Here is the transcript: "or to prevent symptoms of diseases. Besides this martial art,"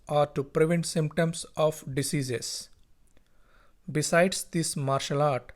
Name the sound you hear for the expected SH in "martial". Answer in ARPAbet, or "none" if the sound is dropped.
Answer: SH